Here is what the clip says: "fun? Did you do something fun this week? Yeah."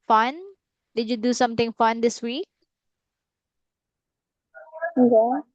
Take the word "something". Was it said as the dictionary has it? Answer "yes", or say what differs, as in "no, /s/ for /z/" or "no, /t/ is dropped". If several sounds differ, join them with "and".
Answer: no, /t/ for /θ/